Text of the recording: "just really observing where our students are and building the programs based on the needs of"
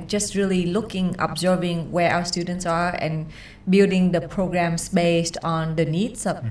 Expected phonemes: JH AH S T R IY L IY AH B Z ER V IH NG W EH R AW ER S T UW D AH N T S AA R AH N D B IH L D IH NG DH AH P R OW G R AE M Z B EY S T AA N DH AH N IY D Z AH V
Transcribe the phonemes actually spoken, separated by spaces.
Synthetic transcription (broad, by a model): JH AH S T R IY L IY AH B Z ER V IH NG W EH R AW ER S T UW D AH N T S AA R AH N B IH L D IH NG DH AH P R OW G R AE M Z B EY S T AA N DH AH N IY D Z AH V